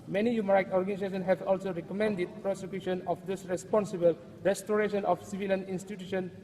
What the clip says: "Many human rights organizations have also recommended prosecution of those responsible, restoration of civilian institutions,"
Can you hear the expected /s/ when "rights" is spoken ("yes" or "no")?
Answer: no